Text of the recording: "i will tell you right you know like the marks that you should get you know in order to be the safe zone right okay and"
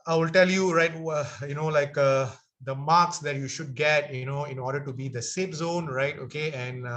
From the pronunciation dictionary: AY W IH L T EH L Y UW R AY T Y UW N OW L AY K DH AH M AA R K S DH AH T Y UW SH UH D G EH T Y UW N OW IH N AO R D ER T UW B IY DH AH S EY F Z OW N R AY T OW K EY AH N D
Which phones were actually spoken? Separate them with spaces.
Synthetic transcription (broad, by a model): AY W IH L T EH L Y UW R AY T Y UW N OW L AY K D AH M AA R K S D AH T Y UW SH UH D G EH T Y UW N OW IH N AO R D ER T UW B IY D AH S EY P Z OW N R AY T OW K EY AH N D